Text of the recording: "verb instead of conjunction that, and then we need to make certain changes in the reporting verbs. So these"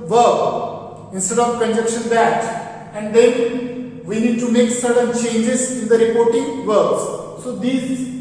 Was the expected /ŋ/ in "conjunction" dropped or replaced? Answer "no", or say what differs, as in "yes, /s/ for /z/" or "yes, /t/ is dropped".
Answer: yes, /ŋ/ is dropped